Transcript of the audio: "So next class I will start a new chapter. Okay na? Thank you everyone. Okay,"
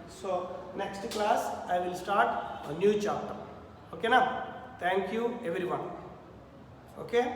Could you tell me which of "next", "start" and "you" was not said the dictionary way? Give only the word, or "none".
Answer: none